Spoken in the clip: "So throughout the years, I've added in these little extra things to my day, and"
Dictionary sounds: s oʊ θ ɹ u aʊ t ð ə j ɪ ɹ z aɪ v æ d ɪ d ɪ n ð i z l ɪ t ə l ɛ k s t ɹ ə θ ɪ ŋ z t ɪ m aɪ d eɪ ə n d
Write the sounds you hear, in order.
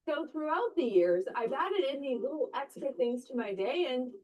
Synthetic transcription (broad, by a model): oʊ θ ɹ u aʊ t ð ə j ɪ ɹ z aɪ v æ d ɪ d ɪ n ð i l ɪ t l ɛ k s t ɹ ə θ ɪ ŋ z t ɪ m aɪ d eɪ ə n